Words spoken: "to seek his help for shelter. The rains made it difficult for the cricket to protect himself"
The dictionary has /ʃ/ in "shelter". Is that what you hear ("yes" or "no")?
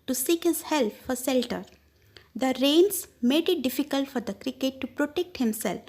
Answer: no